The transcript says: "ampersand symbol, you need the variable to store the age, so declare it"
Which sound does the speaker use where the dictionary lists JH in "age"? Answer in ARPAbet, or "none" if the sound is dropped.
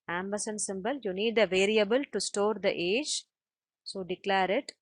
JH